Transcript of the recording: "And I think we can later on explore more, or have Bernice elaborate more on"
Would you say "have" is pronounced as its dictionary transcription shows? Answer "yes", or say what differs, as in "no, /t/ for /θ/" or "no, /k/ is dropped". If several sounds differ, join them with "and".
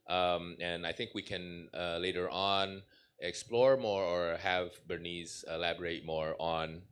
yes